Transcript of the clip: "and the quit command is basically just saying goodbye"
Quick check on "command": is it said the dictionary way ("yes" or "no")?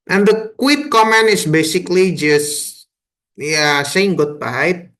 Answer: no